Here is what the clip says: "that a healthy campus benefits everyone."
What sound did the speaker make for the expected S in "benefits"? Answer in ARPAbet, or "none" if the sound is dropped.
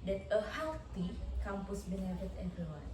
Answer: none